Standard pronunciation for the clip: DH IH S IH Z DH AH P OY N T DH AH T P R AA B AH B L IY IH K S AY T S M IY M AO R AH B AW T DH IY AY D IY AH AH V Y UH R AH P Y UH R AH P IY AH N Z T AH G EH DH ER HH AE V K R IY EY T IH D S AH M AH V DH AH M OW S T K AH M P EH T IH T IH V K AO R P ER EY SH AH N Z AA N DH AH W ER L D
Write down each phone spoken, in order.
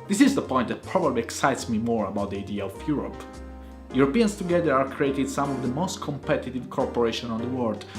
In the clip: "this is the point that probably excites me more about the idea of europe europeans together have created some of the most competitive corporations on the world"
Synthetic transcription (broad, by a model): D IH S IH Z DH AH P OY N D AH T P R AA B AH B L IY IH K S AY T S M IY M AO R AH B AW T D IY AY D IY AH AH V Y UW R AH P Y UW R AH P IY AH N S T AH G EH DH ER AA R K R IY EY T IH D S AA M AH V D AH M OW S T K AH M P EH T IH T IH V K AO R P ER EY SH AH N AA N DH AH W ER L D